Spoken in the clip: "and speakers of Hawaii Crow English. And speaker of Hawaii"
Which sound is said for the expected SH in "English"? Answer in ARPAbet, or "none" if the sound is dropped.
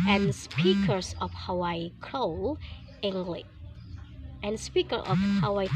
none